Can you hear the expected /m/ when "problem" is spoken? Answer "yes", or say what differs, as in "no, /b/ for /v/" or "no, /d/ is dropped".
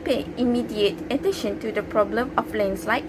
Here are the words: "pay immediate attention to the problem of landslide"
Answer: yes